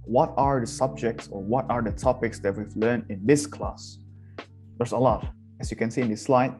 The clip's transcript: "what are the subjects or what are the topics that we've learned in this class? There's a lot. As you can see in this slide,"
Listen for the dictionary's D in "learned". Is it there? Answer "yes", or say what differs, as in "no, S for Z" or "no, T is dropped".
no, D is dropped